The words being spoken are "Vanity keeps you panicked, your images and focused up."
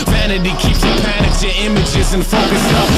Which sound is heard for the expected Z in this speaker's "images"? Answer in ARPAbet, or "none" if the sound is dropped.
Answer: Z